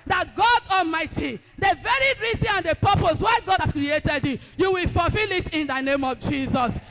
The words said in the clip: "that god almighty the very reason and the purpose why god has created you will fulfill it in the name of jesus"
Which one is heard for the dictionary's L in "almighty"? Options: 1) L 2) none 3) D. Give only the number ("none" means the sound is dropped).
1